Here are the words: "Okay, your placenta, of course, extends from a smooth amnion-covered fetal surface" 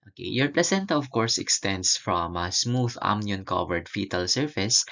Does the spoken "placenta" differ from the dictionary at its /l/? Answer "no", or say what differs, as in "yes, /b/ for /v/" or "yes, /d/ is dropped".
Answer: no